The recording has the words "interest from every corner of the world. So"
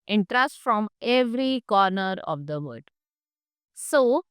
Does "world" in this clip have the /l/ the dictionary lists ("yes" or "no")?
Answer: no